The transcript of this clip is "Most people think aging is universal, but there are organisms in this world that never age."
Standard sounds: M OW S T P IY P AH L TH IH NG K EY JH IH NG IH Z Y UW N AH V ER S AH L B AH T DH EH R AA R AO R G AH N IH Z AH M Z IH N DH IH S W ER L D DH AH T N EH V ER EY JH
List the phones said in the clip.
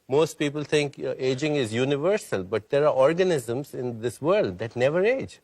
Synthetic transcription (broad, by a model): M OW S T P IY P AH L T IH NG K EY JH IH NG IH Z Y UW N AH V ER S AH L B AH T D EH R AA R AO R G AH N IH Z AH M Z IH N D IH S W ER L D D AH T N EH V ER EY JH